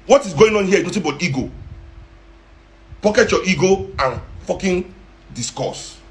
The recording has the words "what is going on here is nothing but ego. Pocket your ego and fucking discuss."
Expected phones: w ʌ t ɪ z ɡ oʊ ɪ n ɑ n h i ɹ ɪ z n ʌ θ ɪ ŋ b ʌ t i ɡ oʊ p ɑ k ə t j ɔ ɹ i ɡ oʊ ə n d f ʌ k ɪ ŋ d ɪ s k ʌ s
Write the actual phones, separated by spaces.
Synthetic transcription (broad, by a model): w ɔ t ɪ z ɡ oʊ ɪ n ɑ n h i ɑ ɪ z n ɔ t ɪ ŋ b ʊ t i ɡ oʊ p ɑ k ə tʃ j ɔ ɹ i ɡ oʊ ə n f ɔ k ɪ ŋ d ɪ s k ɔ s